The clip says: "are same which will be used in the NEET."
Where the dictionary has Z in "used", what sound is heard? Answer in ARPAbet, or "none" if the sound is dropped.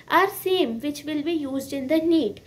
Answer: Z